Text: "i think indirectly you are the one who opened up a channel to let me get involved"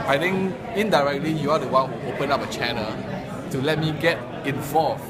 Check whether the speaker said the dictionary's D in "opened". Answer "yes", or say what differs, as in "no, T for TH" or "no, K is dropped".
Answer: no, D is dropped